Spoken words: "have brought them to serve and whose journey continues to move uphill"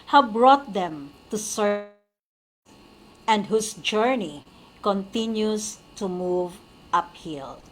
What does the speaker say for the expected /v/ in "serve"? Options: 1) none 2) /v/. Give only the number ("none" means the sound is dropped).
1